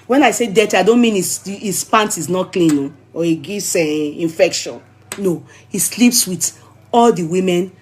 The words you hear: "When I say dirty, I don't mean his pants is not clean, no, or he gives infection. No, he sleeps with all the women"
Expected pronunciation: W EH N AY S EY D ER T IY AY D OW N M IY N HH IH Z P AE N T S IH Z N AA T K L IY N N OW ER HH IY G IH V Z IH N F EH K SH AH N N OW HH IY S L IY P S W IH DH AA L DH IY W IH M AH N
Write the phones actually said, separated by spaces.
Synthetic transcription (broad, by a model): W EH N AY S EY D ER T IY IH D OW N M IY N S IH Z P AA N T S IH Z N AA T K L IY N N OW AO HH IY G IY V S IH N F EH K SH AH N N OW HH IY S L IY P S W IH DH AA L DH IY W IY M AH N